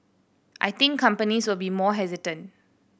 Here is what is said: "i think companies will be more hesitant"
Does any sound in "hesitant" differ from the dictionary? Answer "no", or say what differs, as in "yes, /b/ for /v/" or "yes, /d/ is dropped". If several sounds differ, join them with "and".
no